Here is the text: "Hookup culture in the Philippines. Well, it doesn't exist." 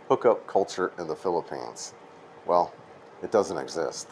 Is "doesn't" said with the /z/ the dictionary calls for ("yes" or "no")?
yes